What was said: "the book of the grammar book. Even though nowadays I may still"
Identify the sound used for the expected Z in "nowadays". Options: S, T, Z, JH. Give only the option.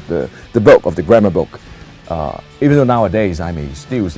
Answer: Z